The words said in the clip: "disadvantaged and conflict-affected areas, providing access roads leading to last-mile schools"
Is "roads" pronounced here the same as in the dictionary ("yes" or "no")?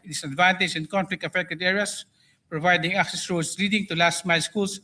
no